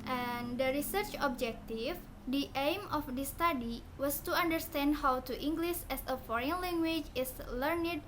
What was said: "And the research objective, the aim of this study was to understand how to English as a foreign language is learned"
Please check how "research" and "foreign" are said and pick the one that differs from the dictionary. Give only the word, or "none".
none